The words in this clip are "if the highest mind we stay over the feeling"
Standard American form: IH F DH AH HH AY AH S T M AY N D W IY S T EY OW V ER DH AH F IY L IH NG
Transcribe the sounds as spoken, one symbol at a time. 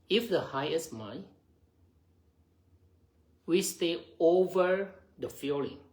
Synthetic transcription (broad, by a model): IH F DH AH HH AY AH S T M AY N W IY S T EY OW V ER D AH F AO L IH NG